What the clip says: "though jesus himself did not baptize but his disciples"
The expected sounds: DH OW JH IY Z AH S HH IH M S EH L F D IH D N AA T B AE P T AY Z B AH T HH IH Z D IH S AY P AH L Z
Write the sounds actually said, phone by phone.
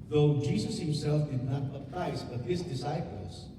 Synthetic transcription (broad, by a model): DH OW JH IY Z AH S HH IH M S EH L F D IH D N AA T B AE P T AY S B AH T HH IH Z D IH S AY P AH L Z